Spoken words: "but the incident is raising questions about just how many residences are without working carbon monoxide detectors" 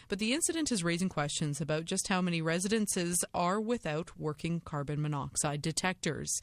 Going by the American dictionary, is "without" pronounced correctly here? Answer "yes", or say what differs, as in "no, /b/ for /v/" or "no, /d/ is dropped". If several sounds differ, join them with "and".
yes